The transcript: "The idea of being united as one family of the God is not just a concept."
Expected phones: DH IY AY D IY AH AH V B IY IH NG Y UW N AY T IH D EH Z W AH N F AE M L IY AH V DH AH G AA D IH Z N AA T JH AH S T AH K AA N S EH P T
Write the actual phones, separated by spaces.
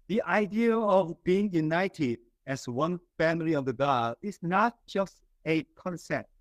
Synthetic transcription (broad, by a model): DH IY AY D IY AH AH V B IY IH NG Y UW N AY T IH D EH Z W AH N F AE M L IY AH V DH AH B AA IH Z N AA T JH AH S T AH K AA N S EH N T